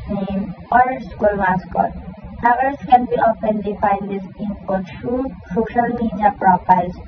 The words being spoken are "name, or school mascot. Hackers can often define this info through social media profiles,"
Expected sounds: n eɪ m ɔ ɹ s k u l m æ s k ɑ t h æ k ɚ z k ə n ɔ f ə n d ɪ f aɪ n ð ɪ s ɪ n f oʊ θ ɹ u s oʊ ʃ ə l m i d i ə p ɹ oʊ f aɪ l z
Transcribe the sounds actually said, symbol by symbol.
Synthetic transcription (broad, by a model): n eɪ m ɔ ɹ s k u l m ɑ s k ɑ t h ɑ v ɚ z k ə n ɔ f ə n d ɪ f aɪ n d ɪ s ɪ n p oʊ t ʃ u s oʊ ʃ ə l m i d i ə p ɹ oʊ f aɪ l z